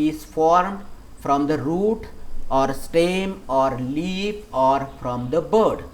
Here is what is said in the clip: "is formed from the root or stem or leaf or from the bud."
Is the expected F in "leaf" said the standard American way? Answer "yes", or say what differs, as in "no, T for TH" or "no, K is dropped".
no, P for F